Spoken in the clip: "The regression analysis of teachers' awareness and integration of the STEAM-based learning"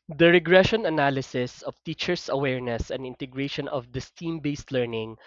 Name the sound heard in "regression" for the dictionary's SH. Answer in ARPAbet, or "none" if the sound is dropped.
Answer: SH